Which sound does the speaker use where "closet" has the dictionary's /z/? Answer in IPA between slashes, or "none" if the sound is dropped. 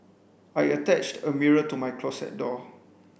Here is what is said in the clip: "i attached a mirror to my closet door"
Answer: /s/